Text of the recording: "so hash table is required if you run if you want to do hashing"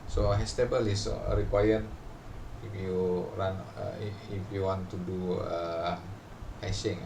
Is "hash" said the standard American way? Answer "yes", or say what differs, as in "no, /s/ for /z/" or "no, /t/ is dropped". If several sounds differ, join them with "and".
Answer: no, /s/ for /ʃ/